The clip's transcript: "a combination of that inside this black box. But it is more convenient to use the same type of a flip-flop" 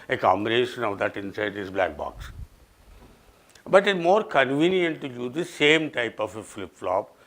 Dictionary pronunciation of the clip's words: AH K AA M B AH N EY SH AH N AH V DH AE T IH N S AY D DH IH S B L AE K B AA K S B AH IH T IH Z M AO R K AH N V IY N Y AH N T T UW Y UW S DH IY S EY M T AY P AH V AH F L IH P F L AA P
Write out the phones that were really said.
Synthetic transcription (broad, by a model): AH K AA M AH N EY SH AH N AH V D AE T IH N S AY D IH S B L AE K B AA K S B AH T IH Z M AO R K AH N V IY N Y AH N T T UW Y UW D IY S EY M T AY P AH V AH F L IH P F L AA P